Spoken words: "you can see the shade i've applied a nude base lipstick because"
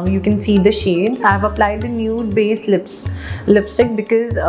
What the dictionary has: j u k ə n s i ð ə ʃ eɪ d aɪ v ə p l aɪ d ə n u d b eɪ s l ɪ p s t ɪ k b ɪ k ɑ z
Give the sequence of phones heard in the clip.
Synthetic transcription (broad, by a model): j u k ə n s i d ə ʃ eɪ d aɪ v ə p l aɪ d ə n u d b eɪ s l ɪ p s t ɪ k b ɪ k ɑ z